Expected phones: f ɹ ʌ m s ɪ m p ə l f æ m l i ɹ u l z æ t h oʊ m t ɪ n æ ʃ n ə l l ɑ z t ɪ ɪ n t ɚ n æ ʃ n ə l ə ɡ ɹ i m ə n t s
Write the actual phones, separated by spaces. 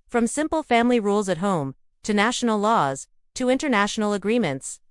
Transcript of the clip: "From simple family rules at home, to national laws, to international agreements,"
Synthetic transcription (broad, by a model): f ɹ ʌ m s ɪ m p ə l f æ m l i ɹ u l z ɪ t h oʊ m t ɪ n æ ʃ n l l ɑ z t ɪ ɪ n t ɚ n æ ʃ n l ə ɡ ɹ i m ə n t s